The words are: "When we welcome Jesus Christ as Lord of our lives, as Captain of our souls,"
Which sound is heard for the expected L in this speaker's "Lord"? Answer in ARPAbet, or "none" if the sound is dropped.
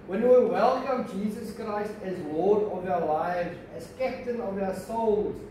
W